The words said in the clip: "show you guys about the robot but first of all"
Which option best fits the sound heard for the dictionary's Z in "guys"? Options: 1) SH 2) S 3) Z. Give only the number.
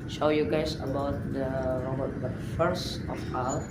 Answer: 2